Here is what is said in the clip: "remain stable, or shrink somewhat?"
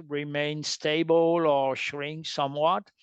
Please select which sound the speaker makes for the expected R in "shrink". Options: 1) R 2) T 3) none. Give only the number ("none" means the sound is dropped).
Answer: 1